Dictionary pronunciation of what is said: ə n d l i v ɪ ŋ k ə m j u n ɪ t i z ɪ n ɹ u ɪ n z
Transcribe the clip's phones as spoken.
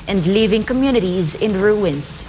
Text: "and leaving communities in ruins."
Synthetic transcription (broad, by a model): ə n d l i v ɪ ŋ k ə m j u n ɪ t i z ɪ n ɹ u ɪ n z